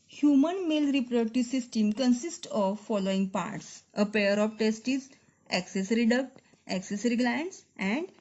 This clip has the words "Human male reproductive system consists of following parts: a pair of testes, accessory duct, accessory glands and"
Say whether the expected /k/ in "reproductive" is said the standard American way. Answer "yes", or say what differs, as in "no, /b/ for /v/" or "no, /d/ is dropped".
no, /k/ is dropped